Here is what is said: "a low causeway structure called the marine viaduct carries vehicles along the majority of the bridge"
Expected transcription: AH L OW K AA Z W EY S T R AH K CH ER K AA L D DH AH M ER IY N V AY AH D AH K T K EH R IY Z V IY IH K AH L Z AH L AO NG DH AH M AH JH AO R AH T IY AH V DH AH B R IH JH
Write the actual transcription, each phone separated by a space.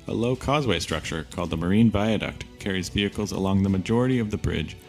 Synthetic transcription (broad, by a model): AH L OW K AA Z W EY S T R AH K CH ER K AA L D DH AH M ER IY N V AY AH D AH K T K EH R IY Z V IY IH K L Z AH L AO NG DH AH M AH JH AO R AH T IY AH V DH AH B R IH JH